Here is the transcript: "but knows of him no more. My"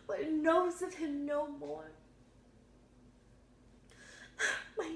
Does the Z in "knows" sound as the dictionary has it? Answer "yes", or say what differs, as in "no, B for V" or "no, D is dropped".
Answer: yes